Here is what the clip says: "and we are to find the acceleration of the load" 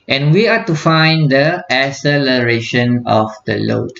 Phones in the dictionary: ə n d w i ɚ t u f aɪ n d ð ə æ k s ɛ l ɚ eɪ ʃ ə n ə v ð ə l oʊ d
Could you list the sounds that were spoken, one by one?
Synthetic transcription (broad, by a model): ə n w i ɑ t u f aɪ n d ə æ s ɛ l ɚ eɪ ʃ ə n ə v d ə l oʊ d